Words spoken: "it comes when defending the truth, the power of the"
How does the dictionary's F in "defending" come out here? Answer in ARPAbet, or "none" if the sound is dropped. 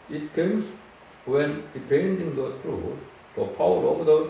P